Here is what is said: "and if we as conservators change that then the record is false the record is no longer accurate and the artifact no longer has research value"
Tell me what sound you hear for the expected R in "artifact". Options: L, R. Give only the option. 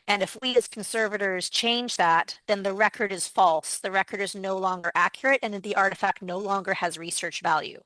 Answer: R